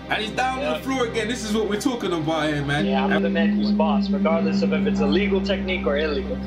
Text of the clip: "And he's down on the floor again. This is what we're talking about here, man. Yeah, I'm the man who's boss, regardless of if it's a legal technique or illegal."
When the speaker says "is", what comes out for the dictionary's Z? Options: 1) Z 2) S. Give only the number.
1